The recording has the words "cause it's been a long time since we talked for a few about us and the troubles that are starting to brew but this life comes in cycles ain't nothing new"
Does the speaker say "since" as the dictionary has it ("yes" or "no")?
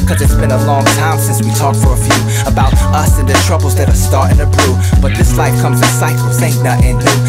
yes